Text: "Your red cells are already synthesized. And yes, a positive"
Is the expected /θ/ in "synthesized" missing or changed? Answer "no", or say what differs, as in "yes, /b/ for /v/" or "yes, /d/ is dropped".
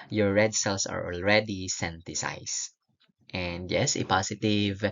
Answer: yes, /t/ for /θ/